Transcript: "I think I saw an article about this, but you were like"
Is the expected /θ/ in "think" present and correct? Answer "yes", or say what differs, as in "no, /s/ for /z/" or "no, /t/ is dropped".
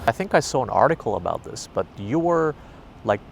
yes